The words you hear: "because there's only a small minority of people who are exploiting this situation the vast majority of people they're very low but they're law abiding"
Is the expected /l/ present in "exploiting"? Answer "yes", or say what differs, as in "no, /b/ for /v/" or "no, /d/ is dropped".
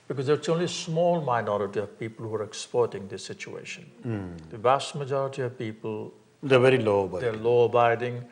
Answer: no, /l/ is dropped